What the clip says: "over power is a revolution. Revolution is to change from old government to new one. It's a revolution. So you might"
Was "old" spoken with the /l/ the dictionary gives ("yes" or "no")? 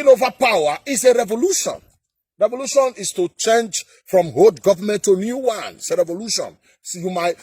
no